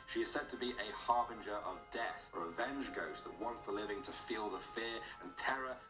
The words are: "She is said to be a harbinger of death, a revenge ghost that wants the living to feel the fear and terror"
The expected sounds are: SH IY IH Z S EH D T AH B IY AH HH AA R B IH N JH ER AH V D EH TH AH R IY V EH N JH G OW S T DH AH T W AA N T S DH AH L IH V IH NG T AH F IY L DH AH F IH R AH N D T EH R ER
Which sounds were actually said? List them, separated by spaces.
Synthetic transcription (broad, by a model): SH IY IH Z S EH D T AH B IY AH HH AA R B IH N JH ER AH V D EH TH AH R IY V EH N JH G OW S DH AH T W AA N T S DH AH L IH V IH NG T AH F IY L DH AH F IH R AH N T EH R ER